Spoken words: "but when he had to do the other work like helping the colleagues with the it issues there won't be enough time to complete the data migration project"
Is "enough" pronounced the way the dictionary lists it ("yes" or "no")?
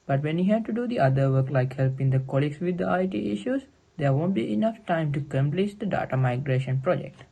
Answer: yes